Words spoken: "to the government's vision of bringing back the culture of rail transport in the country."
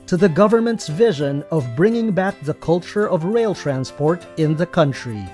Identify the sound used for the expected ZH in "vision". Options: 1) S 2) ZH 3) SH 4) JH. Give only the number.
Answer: 2